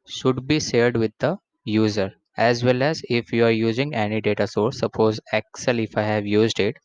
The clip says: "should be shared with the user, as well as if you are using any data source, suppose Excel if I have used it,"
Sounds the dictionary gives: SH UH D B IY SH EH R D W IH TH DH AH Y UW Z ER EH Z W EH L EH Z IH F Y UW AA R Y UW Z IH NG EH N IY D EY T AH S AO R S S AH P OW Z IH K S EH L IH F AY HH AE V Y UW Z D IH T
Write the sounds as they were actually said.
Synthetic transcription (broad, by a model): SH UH D B IY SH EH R D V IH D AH Y UW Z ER EH Z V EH L EH Z IH F Y UW AA R Y UW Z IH NG EH N IY D EY T AH S AO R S S AH P OW Z IH K S EH L IH F AY HH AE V Y UW Z D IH T